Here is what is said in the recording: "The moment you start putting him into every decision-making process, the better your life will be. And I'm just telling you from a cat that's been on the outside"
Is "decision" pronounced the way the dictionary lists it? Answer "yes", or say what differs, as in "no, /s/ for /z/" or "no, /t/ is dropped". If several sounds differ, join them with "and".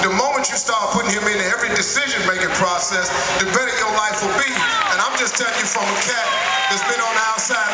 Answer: yes